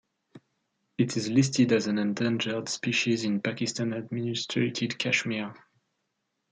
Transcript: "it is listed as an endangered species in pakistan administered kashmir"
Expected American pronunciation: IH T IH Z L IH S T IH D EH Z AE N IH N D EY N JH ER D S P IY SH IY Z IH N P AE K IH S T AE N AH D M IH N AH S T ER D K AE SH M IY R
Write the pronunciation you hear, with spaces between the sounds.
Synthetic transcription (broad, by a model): IH T IH Z L IH S T IH D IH Z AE N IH N D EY N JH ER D S P IY SH IY Z IH N P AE K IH S T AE N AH D M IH N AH S T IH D K AE SH M IY R